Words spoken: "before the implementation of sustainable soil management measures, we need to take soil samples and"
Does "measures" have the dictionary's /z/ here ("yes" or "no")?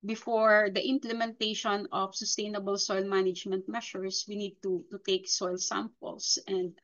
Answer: no